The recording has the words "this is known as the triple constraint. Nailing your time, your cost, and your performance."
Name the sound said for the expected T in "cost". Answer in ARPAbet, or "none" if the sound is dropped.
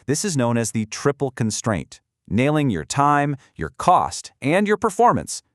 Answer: T